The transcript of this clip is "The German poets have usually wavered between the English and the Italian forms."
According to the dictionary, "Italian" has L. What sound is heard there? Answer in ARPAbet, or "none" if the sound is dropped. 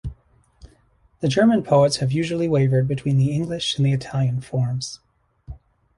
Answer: L